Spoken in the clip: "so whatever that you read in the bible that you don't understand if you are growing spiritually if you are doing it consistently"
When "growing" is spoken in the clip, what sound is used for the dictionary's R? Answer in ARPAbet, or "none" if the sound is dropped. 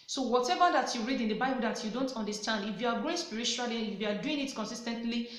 none